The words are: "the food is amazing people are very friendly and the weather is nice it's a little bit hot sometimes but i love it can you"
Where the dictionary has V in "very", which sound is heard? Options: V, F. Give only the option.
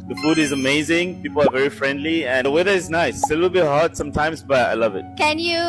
V